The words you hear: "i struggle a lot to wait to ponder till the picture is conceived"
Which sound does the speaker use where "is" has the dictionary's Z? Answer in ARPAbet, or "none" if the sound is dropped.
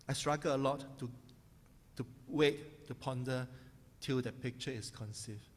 S